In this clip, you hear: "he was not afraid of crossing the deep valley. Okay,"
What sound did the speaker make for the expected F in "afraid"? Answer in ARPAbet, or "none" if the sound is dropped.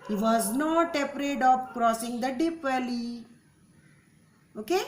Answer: P